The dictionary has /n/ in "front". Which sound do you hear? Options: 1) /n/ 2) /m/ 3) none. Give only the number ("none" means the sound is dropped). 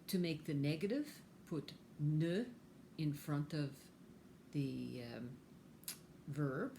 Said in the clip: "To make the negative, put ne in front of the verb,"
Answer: 1